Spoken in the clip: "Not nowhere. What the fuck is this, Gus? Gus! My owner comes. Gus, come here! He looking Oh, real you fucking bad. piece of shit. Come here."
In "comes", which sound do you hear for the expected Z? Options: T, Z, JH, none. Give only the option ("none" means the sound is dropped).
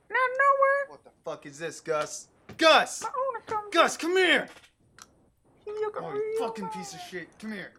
none